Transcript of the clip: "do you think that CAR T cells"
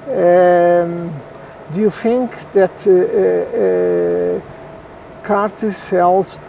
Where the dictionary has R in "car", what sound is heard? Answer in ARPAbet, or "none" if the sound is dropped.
R